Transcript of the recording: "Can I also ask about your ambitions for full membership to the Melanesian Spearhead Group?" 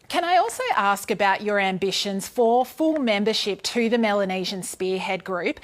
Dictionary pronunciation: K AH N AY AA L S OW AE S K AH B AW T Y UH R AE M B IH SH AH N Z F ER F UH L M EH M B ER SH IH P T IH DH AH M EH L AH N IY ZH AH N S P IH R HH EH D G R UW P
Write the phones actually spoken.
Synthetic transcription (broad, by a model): K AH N AY AA L S OW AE S K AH B AW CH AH R AE M B IH SH AH N Z F ER F UH L M EH M B ER SH IH P T IH DH AH M EH L AH N IY ZH AH N S P IH R HH EH D G R UW P